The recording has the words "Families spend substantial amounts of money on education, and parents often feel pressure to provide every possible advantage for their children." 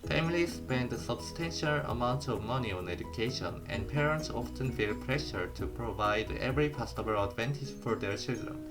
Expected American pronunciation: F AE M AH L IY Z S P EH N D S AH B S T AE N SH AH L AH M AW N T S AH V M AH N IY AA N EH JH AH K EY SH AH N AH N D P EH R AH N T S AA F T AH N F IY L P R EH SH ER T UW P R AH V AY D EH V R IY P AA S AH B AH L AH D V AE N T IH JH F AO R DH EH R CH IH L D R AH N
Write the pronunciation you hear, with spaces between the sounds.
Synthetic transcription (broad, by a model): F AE M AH L IY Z S P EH N D S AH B S T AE N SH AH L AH M AW N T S AH V M AH N IY AA N EH JH AH K EY SH AH N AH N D P EH R AH N T S AA F T AH N F IY L P R EH SH ER T UW P R AH V AY D EH V R IY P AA S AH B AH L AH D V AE N T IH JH F AO R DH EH R CH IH L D R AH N